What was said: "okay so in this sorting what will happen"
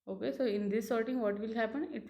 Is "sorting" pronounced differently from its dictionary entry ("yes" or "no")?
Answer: no